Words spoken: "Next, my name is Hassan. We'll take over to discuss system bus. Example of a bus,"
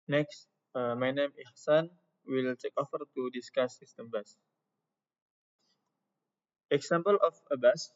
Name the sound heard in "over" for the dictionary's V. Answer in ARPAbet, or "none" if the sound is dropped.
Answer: F